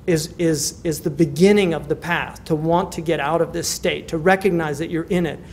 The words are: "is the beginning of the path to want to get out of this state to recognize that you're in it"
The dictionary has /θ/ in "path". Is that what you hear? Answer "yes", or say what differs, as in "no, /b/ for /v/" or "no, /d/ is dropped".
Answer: no, /s/ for /θ/